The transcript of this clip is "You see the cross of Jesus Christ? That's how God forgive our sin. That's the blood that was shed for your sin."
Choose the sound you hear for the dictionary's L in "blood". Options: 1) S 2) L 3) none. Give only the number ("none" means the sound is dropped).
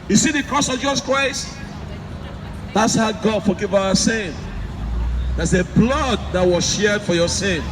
2